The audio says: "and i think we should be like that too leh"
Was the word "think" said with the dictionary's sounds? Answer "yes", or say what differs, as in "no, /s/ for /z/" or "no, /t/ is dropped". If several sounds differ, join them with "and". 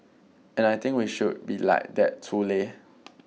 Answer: no, /t/ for /θ/